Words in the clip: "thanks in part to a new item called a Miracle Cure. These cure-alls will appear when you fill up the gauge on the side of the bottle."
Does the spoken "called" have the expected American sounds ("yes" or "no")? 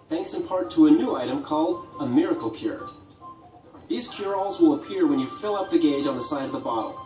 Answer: yes